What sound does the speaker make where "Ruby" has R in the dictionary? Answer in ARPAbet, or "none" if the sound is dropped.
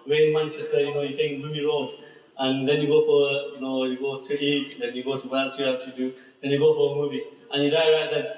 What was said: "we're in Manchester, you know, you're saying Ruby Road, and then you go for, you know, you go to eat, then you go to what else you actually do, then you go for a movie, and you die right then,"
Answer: L